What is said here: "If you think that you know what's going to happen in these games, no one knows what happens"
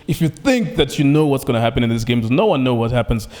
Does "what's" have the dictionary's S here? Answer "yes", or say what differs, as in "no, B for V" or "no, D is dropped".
yes